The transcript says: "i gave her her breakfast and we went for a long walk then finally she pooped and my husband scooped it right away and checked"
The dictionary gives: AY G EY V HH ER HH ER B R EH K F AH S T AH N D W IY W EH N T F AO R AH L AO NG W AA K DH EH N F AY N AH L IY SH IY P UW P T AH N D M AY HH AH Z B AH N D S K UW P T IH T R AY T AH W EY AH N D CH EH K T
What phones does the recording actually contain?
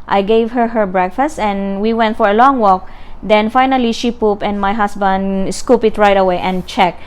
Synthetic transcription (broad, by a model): AY G EY V HH ER HH ER B R EH K F AH S T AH N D W IY W EH N T F AO R AH L AO NG W AA K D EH N F AY N AH L IY SH IY P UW P AH N D M AY HH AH S B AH N D S K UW P IH T R AY T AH W EY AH N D CH EH K